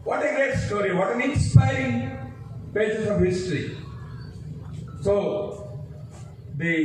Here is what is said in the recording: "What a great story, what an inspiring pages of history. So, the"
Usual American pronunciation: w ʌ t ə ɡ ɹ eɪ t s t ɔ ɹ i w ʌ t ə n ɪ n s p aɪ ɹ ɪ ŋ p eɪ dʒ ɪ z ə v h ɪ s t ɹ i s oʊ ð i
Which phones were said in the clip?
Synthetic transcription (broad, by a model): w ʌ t ə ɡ eɪ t s t ɔ ɹ i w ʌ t ə n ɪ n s p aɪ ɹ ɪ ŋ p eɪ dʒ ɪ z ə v h ɪ s t ɹ i s oʊ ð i